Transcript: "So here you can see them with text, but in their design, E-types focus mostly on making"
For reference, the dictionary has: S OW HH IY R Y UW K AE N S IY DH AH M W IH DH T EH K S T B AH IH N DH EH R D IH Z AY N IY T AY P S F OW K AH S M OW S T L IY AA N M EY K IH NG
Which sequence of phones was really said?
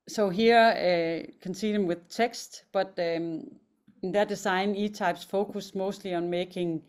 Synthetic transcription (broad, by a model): S OW HH IY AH K AE N S IY DH AH M W IH DH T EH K S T B AH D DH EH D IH S AY N IY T AY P S F OW K AH S M OW S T L IY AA N M EY K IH NG